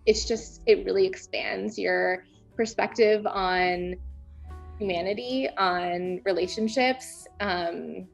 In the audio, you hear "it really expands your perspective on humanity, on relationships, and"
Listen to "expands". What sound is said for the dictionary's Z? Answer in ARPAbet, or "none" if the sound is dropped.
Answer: Z